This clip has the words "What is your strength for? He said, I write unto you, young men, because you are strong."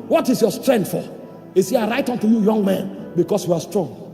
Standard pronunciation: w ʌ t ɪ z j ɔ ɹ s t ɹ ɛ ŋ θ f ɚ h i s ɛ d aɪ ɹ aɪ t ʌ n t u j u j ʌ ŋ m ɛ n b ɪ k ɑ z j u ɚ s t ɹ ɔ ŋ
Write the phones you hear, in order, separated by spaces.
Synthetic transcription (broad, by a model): w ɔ t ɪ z j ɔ s t ɹ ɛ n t f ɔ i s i aɪ ɹ aɪ t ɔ n t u j u j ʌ ŋ m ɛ n b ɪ k ɑ s j u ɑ s t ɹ ɔ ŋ